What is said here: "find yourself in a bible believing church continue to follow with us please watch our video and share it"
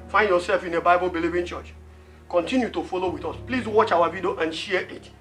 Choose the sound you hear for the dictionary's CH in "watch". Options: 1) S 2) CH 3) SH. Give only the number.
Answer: 2